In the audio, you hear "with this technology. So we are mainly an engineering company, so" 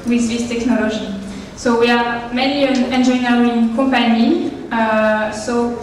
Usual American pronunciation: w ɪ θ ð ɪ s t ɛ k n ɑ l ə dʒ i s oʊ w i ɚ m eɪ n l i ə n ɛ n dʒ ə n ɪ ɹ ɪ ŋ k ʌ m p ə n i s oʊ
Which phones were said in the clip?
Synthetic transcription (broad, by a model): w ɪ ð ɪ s t ɛ k n ɑ l ə dʒ i s oʊ w i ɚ m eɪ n i ə n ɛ n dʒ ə n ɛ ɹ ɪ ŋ k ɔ m p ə n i s oʊ